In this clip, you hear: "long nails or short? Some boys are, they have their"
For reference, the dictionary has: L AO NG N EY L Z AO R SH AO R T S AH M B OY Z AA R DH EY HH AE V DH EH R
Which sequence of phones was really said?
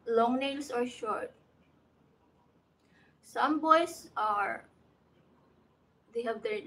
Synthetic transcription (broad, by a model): L AO NG N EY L S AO R SH AO R T S AH M B OY S AA R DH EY HH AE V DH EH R